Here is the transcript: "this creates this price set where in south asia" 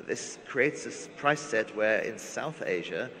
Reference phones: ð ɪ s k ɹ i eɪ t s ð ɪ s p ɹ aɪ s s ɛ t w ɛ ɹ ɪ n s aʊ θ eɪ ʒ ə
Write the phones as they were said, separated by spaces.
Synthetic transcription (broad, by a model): ð ɪ s k ɹ i eɪ t s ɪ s p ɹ aɪ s s ɛ t w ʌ ɹ ɪ n s aʊ θ eɪ ʒ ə